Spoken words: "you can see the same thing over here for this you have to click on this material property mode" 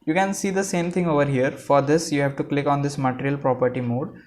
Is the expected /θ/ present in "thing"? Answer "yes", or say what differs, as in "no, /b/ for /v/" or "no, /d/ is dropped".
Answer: no, /t/ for /θ/